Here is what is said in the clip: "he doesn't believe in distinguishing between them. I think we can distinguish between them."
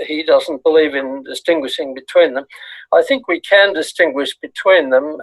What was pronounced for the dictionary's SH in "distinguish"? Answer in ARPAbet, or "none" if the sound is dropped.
SH